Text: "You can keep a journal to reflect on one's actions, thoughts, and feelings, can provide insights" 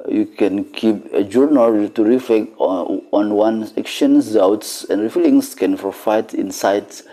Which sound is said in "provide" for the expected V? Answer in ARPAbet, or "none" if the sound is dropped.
F